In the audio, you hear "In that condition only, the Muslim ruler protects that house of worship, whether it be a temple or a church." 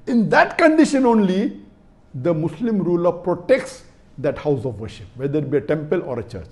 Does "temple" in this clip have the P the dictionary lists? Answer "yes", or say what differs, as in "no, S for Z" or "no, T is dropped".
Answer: yes